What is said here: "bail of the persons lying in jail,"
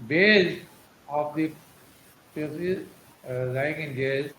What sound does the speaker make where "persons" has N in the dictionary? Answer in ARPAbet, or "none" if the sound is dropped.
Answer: none